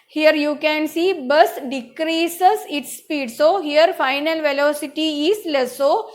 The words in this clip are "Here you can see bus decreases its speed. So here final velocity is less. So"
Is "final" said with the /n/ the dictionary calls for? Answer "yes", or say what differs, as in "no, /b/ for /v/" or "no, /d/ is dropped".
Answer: yes